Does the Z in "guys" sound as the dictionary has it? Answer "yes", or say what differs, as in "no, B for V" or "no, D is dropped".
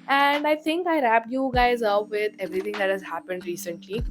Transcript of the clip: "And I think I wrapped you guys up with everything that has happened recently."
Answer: yes